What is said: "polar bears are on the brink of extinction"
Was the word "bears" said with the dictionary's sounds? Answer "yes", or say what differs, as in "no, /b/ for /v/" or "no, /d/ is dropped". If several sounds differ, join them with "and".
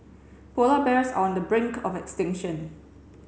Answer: no, /s/ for /z/